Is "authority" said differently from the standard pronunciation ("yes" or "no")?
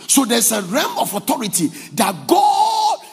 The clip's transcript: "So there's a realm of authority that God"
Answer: yes